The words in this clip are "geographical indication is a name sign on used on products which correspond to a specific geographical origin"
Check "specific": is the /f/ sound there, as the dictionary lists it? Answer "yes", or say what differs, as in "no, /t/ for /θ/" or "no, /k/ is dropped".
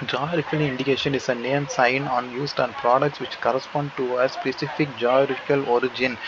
yes